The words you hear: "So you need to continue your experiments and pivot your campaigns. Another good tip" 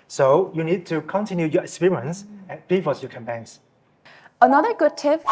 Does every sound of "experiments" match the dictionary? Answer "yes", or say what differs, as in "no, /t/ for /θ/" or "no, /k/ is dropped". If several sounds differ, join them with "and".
no, /m/ is dropped